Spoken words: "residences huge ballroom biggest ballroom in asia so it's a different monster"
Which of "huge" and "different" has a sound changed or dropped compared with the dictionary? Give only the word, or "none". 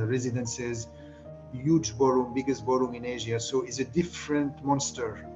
none